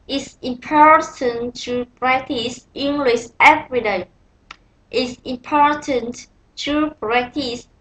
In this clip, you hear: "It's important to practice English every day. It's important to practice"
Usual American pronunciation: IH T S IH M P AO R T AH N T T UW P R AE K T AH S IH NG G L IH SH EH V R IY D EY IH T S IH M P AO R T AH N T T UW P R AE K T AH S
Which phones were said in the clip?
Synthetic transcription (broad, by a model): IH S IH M P AO R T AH N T T UW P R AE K T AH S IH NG G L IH S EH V R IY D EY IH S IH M P AO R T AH N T T UW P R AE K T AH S